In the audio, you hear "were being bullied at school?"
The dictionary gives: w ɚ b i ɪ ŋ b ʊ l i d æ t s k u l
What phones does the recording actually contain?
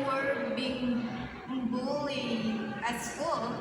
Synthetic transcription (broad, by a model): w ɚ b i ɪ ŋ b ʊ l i æ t s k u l